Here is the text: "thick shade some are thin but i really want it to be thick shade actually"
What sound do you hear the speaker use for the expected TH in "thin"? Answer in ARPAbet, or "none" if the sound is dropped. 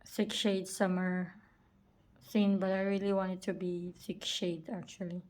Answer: S